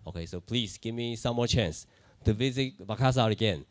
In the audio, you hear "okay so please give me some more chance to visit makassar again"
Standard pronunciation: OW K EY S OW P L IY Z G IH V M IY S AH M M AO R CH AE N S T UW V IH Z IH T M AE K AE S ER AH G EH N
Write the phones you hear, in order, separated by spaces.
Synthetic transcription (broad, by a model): OW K EY S OW P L IY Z G IH V M IY S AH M M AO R CH AE N S T UW V IH Z IH T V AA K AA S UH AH G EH N